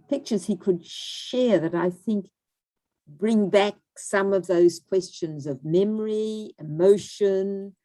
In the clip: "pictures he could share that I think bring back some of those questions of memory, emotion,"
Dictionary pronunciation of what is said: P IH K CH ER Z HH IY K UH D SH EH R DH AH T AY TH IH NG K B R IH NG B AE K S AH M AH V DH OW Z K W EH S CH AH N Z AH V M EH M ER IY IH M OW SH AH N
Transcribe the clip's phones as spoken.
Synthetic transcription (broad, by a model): P IH K CH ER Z HH IY K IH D SH EH R DH AH T AY TH IH NG K B R IH NG B AE K S AH M AH V DH OW Z K W EH S CH AH N Z AH V M EH M ER IY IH M OW SH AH N